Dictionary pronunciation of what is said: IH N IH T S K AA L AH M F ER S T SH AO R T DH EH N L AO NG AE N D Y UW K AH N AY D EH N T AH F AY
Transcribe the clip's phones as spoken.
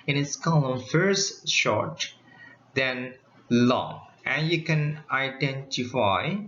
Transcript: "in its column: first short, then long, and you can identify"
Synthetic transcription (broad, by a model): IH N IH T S K AA L AH M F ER S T SH AO R T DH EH N L AO NG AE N Y UW K AH N AY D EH N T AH F AY